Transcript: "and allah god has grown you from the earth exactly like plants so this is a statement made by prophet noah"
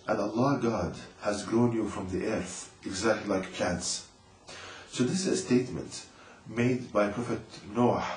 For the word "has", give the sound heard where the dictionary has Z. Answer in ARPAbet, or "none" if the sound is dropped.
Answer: Z